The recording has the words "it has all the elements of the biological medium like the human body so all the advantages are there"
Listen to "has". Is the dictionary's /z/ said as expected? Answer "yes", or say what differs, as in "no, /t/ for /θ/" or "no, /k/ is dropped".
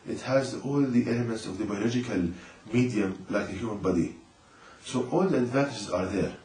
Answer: yes